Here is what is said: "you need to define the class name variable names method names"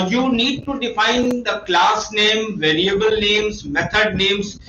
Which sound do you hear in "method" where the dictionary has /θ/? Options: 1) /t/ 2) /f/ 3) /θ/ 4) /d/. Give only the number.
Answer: 1